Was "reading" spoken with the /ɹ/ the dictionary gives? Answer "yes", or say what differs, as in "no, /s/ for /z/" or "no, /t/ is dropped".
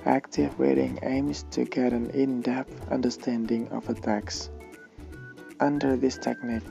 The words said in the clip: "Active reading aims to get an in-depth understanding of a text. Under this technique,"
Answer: no, /w/ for /ɹ/